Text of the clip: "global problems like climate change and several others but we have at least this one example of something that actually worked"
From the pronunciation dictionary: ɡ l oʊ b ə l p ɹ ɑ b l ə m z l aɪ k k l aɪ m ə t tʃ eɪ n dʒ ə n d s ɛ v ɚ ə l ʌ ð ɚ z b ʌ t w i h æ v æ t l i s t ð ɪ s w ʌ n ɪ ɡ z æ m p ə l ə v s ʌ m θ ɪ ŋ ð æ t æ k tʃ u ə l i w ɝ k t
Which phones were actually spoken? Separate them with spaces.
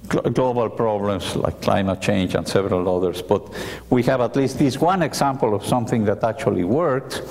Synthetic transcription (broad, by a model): ɡ l oʊ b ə l p ɹ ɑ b l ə m s l aɪ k k l aɪ m ə t tʃ eɪ n dʒ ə n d s ɛ v ɚ ə l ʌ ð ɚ s b ʌ t w i h æ v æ t l i s t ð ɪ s w ʌ n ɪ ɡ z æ m p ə l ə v s ʌ m θ ɪ ŋ ð æ t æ k tʃ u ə l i w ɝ k t